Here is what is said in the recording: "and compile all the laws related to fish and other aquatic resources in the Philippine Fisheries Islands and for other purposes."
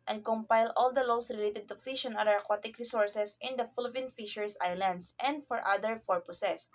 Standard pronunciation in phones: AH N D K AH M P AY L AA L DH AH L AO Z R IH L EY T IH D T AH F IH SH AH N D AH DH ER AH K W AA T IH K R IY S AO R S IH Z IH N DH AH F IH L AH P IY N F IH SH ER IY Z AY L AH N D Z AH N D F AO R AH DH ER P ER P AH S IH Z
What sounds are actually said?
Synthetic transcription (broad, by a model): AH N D K AH M P AY L AA L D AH L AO S R IH L EY T IH D T AH F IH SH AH N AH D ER AH K W AA T IH K R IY S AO R S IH S IH N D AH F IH L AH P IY N F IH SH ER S AY L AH N D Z AH N D F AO R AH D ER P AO P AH S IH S